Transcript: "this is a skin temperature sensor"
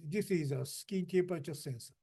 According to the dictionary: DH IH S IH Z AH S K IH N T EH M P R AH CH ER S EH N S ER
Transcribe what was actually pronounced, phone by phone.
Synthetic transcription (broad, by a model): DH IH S IH Z AH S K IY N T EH P AH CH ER S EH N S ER